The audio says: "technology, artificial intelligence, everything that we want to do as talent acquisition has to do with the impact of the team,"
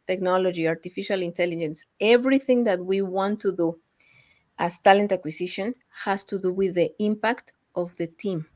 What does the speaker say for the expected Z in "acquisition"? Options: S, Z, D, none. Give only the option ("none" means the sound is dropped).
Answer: S